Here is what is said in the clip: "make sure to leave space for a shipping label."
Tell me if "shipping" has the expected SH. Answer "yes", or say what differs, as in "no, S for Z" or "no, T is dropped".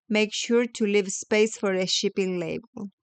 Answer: yes